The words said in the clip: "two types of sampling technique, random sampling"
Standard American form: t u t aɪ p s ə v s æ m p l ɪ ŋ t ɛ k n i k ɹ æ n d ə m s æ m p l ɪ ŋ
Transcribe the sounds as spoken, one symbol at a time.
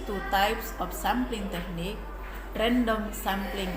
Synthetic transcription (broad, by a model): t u t aɪ p s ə f s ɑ m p l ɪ ŋ t ɛ k n i k ɹ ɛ n d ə m s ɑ m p l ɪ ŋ